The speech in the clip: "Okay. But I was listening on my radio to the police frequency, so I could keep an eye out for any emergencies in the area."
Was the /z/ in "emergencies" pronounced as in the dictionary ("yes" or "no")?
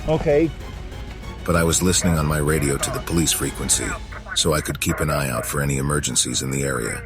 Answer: yes